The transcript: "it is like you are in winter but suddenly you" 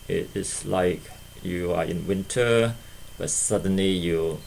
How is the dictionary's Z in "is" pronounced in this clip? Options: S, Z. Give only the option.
S